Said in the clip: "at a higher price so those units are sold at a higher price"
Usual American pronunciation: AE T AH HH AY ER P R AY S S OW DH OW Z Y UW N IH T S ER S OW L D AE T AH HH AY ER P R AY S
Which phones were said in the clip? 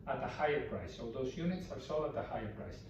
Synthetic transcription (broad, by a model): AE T AH HH AY ER P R AY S S OW DH OW Z Y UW N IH T S ER S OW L AH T AH HH AY ER P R AY S